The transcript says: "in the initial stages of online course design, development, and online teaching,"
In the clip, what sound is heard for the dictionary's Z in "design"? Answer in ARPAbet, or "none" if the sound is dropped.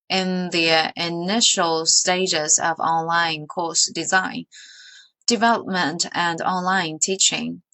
Z